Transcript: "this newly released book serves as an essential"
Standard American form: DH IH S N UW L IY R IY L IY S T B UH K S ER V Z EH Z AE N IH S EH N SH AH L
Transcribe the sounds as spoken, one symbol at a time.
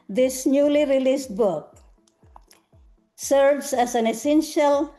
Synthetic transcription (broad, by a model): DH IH S N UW L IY R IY L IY S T B UH K S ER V S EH S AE N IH S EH N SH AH L